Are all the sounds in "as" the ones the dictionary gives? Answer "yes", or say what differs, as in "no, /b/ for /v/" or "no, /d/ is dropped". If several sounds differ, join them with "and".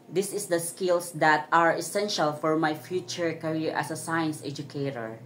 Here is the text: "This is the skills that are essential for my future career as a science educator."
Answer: no, /s/ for /z/